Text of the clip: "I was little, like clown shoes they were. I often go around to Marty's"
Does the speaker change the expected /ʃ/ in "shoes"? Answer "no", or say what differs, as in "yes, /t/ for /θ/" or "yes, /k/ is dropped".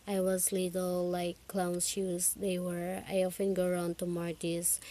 yes, /s/ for /ʃ/